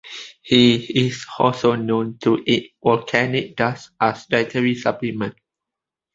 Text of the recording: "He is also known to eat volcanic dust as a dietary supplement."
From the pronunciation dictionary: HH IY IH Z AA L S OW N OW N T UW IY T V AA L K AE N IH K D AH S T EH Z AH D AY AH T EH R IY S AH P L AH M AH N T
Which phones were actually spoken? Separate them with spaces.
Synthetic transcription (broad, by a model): HH IY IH S AA L S OW N OW N T UW IY T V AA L K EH N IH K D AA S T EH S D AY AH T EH R IY S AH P L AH M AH N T